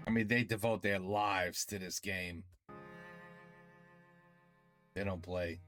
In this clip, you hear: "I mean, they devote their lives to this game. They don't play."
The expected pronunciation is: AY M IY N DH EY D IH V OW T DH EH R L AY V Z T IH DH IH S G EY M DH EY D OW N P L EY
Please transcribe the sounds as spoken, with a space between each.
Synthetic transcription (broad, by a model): AY M IY N DH EY D IH V OW T DH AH R L AY V Z T IH DH IH S G EY M DH EY D OW N P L EY